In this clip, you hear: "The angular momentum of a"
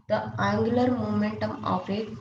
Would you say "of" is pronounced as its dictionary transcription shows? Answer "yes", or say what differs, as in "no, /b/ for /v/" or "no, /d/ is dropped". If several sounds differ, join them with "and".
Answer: no, /p/ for /v/